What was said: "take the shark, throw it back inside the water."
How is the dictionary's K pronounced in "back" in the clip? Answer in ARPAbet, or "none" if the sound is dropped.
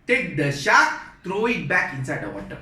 K